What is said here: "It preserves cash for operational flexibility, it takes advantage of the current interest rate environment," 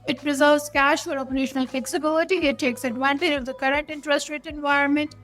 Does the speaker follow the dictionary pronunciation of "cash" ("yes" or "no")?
yes